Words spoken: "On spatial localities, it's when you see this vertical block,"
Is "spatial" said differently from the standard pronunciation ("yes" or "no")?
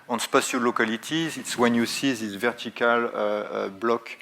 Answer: yes